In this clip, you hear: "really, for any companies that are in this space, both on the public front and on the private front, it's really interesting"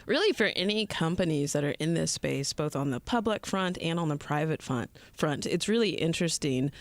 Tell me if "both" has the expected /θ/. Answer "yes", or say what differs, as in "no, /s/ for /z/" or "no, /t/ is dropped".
yes